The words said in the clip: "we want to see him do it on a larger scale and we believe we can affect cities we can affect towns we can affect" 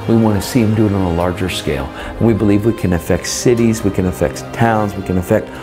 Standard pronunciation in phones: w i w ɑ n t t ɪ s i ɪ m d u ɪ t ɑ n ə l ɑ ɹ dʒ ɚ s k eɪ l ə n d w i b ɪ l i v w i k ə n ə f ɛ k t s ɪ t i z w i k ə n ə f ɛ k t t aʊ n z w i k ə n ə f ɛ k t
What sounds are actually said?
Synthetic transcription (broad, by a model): w i w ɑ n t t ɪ s i ɪ m d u ɪ t n ə l ɑ ɹ dʒ ɚ s k eɪ l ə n w i b ɪ l i v w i k ə n ə f ɛ k t s ɪ t i z w i k ə n ə f ɛ k t t aʊ n z w i k ə n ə f ɛ k t